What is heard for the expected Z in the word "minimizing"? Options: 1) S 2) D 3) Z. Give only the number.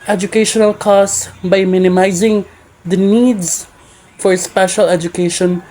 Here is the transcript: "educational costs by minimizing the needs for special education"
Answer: 3